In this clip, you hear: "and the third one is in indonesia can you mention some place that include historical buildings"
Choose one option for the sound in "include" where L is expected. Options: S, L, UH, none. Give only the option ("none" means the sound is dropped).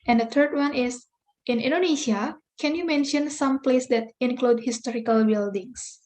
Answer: L